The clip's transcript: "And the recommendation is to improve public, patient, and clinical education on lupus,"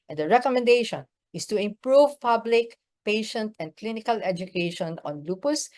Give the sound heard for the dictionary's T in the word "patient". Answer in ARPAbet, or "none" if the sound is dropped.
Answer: T